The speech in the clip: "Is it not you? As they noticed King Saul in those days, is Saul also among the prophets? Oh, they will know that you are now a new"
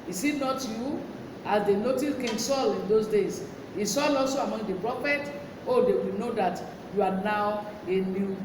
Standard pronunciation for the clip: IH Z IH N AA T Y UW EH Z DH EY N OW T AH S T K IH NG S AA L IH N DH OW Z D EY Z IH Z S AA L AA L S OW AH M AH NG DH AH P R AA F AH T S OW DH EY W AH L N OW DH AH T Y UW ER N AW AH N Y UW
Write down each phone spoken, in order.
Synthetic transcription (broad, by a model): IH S IH N AA T Y UW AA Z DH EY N OW T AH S K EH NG S AA L IH N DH OW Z D EY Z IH S AA L AA L S OW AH M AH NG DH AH P R AA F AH T OW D EY W AH L N OW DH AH T Y UW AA N AW AH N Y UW